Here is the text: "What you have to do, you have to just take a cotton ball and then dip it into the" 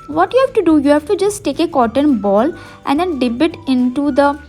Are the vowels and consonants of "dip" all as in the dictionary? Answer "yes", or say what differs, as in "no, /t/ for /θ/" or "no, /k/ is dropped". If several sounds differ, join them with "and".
no, /b/ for /p/